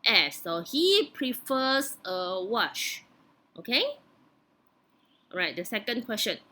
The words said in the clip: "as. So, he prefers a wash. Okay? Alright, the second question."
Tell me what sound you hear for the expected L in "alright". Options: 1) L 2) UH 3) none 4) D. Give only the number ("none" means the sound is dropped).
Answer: 3